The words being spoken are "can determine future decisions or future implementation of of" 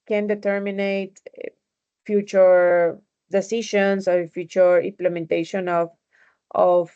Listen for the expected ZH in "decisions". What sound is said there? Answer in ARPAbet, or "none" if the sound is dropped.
SH